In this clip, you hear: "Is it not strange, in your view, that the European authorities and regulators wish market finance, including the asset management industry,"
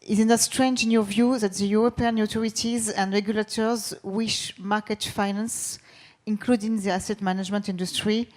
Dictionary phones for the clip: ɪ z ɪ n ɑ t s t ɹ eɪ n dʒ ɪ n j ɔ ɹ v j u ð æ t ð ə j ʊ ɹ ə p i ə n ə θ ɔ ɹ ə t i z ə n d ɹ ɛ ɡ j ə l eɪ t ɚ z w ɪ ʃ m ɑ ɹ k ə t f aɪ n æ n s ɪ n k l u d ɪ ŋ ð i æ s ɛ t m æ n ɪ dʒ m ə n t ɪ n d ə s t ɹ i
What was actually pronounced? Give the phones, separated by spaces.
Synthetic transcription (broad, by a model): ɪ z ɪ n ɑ s t ɹ eɪ n dʒ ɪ n j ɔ v j u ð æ t ð ə j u ɹ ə p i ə n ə t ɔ ɹ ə t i z ə n d ɹ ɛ ɡ j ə l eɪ t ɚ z w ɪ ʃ m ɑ k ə t f aɪ n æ n s ɪ n k l u d ɪ ŋ ð i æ s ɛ t m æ n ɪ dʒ m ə n t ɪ n d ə s t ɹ i